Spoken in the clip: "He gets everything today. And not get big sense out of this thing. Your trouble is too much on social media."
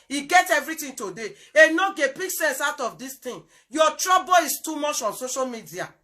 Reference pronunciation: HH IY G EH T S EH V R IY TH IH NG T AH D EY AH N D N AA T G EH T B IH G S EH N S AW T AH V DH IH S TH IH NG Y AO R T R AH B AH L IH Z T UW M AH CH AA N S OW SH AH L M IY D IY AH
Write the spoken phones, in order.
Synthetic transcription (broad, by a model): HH IY G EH T EH V R IY T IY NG T AH D EY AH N N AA G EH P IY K S EH N S AW T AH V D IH S T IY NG Y AO T R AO B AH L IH S T UW M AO CH AA N S OW SH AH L M IY D IY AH